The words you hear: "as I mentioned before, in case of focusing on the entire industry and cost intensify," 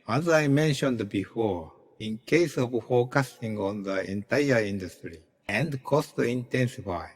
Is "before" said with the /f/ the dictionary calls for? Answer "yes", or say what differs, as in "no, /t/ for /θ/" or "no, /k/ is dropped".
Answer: yes